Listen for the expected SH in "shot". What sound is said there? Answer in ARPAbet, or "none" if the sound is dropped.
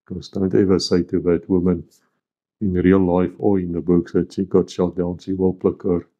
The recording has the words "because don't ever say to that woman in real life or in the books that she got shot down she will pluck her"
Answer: SH